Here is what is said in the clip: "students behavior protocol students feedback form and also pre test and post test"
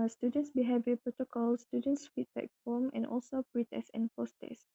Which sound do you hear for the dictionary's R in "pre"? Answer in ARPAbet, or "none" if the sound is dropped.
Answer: R